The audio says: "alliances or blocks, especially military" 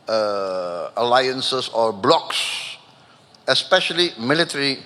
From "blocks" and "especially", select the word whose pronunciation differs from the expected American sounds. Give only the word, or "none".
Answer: none